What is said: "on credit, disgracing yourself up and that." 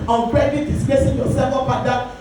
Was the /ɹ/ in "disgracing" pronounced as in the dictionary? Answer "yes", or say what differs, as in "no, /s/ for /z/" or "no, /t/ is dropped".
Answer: no, /ɹ/ is dropped